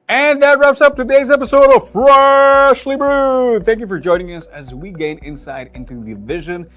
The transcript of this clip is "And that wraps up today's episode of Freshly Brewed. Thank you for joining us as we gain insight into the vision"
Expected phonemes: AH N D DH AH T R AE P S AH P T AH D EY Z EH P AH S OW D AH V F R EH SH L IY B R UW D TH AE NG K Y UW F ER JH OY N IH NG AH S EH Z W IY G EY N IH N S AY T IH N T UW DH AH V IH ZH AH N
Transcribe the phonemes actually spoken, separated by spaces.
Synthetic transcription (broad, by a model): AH N DH AH T R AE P S AH P T AH D EY Z EH P AH S OW D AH F R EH SH L IY B R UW TH AE NG K Y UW F ER JH OY N IH NG AH S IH Z W IY G EY N IH N S AY T IH N T UW DH AH V IH ZH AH N